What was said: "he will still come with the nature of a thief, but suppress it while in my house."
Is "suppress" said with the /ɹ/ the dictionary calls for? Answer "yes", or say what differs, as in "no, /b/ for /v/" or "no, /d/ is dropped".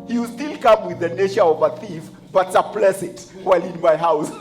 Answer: no, /l/ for /ɹ/